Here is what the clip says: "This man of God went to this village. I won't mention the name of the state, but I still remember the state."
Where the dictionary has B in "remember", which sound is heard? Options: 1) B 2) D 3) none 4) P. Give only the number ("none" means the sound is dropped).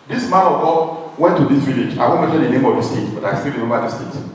3